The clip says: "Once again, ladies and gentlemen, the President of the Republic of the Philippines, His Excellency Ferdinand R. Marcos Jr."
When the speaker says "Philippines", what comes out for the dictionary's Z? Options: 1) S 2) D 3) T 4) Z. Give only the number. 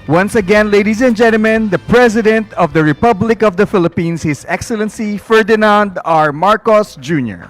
1